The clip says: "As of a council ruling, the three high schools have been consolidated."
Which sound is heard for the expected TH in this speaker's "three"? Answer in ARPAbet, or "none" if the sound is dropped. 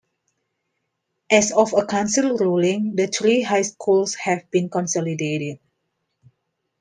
T